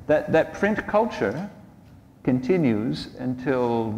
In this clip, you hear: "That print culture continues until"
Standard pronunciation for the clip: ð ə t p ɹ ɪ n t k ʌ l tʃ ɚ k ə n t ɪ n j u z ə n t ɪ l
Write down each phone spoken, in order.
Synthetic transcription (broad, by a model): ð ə t p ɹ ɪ n k ʌ l tʃ ɚ k ə n t ɪ n j u z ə n t ɪ l